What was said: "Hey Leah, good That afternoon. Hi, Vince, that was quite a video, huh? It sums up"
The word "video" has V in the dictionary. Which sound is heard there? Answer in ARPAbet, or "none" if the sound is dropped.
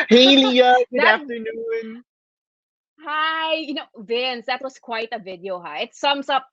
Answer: V